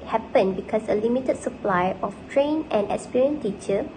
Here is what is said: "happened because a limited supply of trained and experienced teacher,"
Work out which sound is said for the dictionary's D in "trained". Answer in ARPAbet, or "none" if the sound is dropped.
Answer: none